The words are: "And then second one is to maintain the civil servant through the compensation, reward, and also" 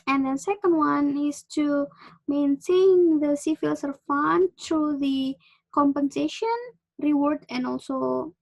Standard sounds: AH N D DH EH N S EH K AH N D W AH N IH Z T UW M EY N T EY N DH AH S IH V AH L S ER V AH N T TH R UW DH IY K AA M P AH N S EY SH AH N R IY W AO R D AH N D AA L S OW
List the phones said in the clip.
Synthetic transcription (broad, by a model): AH N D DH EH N S EH K AH N D W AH N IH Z T UW M EY N T EY N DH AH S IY F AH L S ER F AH N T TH R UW DH IY K AA M P AH N S EY SH AH N R IY W AO R D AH N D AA L S OW